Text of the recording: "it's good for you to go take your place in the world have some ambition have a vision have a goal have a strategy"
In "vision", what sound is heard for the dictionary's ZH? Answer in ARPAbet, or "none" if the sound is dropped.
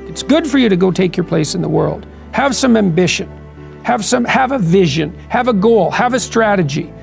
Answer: ZH